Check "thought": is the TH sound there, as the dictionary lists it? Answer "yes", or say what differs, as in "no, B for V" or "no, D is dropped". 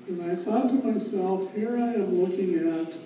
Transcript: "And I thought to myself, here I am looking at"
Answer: no, S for TH